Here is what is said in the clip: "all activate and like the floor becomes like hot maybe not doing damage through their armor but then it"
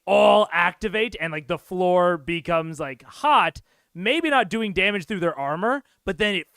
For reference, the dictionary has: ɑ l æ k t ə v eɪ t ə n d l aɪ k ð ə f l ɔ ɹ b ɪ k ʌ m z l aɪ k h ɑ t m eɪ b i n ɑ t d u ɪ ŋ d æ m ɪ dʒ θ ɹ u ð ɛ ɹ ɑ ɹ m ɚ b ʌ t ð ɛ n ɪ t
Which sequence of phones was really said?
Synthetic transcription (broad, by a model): ɑ l æ k t ə v eɪ t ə n l aɪ k ð ə f l ɔ ɹ b ɪ k ʌ m z l aɪ k h ɑ t m eɪ b i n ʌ t d u ɪ ŋ d æ m ɪ dʒ θ ɹ u ð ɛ ɹ ɑ ɹ m ɚ b ʌ t ð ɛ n ɪ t